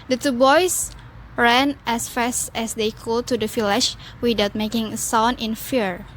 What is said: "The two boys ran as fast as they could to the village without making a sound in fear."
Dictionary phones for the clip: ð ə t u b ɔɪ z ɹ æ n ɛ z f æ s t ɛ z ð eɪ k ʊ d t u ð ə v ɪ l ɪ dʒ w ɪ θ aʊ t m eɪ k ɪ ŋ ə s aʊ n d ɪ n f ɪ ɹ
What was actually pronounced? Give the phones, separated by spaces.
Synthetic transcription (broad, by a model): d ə t u b ɔɪ s ɹ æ n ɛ s f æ s t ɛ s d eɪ k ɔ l t u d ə f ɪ l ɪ ʃ w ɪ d aʊ t m eɪ k ɪ ŋ ə s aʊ n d ɪ n f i ɹ